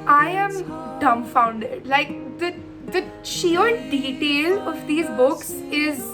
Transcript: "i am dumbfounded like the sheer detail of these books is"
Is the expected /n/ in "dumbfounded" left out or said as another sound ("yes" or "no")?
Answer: no